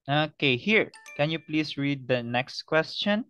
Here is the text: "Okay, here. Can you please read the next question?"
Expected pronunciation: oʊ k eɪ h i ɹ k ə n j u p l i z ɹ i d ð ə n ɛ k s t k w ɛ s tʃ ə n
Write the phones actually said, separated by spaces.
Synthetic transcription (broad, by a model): oʊ k eɪ h i ɹ k ə n j u p l i s ɹ i d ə n ɛ k s t k w ɛ s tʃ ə n